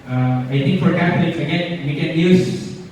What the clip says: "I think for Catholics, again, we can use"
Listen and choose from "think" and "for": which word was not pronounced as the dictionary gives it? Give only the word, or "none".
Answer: think